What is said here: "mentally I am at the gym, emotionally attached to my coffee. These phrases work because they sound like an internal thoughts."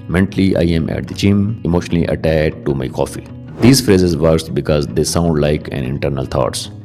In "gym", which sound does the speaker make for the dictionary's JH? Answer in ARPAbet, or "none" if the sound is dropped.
CH